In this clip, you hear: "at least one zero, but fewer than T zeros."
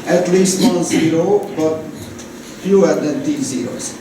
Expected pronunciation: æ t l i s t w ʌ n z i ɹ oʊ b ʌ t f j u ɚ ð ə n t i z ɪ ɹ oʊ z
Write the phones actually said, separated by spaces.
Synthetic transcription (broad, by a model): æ t l i s t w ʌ n z i ɹ oʊ b ʌ t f j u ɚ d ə n t i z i ɹ oʊ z